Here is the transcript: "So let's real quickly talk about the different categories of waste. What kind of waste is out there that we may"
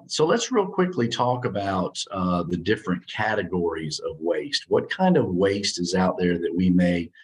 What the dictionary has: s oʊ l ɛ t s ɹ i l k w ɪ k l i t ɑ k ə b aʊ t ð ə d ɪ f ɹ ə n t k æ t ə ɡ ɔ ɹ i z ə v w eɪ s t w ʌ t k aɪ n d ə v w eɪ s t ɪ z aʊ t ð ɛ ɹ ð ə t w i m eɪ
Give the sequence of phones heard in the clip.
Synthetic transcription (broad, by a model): s oʊ l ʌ t s ɹ i l k w ɪ k l i t ɑ k ə b aʊ t ð ə d ɪ f ɹ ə n k æ t ə ɡ ɔ ɹ i z ə v w eɪ s t w ʌ t k aɪ n d ə v w eɪ s t ɪ z aʊ t ð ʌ ɹ ð ə t w i m eɪ